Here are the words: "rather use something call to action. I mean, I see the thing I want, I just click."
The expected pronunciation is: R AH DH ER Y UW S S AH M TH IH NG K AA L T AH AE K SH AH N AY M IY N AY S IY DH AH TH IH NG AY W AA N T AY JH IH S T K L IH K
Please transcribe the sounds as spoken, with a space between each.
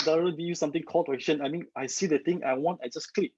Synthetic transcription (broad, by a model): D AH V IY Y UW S S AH M T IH NG K AA L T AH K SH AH N AY M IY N AY S IY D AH T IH NG AY W AA N T AY JH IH S K L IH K